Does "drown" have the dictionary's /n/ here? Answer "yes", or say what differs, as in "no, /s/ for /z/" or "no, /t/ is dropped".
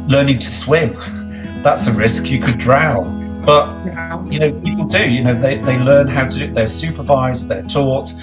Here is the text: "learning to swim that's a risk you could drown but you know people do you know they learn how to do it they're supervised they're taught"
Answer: no, /l/ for /n/